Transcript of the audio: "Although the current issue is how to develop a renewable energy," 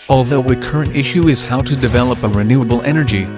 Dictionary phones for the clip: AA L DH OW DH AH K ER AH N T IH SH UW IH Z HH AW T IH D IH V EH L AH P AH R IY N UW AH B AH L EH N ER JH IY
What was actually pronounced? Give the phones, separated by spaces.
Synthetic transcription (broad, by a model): AA L DH OW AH K ER AH N T IH SH UW IH Z HH AW T IH D IH V EH L AH P AH R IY N UW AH B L EH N ER JH IY